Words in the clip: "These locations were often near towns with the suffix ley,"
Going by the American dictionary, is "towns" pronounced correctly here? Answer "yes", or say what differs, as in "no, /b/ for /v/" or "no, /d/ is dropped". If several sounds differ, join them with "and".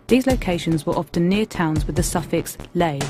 yes